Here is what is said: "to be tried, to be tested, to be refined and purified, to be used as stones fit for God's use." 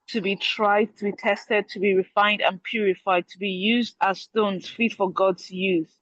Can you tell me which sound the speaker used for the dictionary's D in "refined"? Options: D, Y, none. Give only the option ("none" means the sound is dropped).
D